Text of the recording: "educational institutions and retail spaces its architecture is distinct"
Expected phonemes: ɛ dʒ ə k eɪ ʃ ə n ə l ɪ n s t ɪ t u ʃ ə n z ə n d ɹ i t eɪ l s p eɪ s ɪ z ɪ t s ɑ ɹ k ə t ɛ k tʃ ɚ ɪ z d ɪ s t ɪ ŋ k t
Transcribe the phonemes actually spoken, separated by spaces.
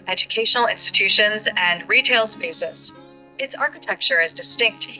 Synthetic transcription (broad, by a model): ɛ dʒ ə k eɪ ʃ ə n l ɪ n s t ɪ t u ʃ ə n z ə n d ɹ i t eɪ l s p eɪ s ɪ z ɪ t s ɑ ɹ k ə t ɛ k tʃ ɚ ɪ z d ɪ s t ɪ ŋ k t